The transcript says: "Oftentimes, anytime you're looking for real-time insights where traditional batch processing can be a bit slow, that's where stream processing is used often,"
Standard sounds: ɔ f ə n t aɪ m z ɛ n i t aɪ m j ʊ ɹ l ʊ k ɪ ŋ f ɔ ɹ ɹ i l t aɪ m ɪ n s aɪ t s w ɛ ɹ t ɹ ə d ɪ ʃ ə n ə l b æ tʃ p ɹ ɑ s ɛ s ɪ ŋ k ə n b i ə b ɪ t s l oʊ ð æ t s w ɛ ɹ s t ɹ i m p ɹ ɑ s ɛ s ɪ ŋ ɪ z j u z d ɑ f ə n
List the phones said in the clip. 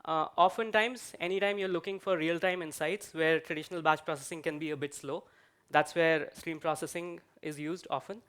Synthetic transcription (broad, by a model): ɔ f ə n t aɪ m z ɛ n i t aɪ m j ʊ ɹ l ʊ k ɪ ŋ f ɔ ɹ ɹ i l t aɪ m ɪ n s aɪ t s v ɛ ɹ t ɹ ə d ɪ ʃ ə n ə l b æ tʃ p ɹ ɑ s ɛ s ɪ ŋ k ə n b i ə b ɪ t s l oʊ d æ t s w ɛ ɹ s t ɹ i m p ɹ ɑ s ɛ s ɪ ŋ ɪ z j u z d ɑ f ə n